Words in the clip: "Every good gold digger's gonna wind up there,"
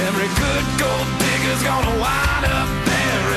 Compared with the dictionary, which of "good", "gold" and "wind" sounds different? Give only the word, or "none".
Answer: wind